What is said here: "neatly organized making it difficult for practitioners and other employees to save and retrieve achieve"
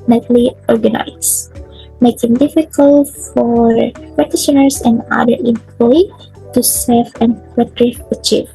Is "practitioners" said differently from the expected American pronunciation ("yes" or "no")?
yes